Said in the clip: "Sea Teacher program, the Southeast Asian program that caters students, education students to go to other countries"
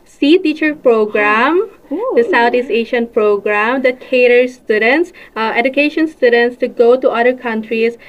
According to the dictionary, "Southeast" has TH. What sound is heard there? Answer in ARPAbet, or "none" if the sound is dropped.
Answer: T